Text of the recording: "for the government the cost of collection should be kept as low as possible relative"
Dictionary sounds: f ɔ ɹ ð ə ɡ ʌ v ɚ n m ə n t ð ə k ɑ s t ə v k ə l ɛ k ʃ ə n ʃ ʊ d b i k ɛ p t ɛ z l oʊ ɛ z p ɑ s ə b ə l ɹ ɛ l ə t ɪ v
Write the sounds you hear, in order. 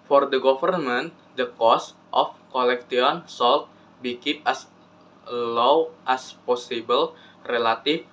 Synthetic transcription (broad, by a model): f ɔ ɹ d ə ɡ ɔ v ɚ n m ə n t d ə k ɑ s t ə f k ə l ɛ k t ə n s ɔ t b i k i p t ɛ s l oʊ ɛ s p ɑ s ə b ə l ɹ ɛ l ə t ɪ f